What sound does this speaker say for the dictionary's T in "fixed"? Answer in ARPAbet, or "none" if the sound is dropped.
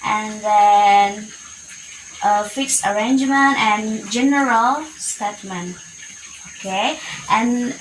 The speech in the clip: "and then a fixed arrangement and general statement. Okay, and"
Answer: none